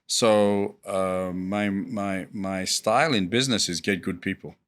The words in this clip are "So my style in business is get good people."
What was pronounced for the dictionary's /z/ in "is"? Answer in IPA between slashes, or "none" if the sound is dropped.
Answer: /z/